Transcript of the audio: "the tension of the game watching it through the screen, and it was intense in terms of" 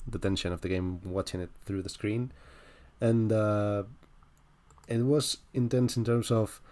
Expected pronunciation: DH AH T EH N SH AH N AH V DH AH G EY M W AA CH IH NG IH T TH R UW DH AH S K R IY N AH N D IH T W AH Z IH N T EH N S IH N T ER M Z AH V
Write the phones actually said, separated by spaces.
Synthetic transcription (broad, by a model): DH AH T EH N SH AH N AH V DH AH G EY M W AA CH IH NG IH T TH R UW DH AH S K R IY N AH N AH IH T W AH Z IH N T EH N S IH N T ER M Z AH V